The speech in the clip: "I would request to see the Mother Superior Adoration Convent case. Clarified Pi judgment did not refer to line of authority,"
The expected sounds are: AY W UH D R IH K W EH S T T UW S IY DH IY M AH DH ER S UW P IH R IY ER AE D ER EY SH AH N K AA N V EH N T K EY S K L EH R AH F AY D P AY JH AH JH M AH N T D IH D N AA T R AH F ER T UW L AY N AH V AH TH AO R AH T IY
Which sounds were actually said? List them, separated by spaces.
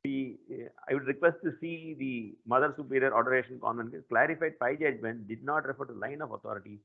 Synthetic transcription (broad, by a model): AY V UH D R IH K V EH S T T UW S IY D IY M AH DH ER S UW P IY R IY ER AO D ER EY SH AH N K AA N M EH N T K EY K L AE R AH F AY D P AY JH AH JH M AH N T D IH D N AA T R AH F ER T UW L AY N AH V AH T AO R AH T IY